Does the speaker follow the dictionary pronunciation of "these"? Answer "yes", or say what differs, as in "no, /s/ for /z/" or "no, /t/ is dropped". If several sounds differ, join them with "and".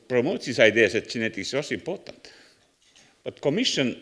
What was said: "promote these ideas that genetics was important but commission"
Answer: no, /s/ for /z/